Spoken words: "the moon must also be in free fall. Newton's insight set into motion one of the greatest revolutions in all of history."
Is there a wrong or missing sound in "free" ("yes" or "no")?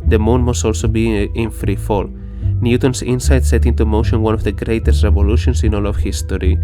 no